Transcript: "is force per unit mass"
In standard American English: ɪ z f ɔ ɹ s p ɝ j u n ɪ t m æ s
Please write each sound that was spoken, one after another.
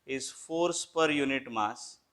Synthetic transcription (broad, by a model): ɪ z f ɔ ɹ s p ɝ j u n ɪ t m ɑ s